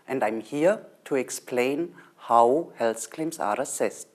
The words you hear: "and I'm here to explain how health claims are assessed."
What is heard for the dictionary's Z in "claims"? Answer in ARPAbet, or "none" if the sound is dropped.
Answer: S